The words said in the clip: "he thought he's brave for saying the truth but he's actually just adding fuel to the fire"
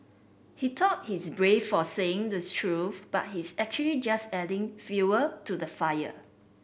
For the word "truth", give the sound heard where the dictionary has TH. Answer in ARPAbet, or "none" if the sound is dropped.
F